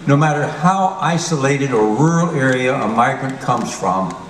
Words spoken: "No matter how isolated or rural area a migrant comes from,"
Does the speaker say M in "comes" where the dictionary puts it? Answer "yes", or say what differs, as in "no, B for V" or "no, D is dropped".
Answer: yes